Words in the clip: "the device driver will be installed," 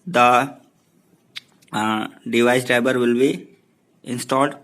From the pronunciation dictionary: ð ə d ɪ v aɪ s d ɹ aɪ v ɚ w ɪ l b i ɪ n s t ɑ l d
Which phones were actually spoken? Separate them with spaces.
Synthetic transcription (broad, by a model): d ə d ɪ v aɪ s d ɹ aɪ b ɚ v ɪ l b i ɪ n s t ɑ l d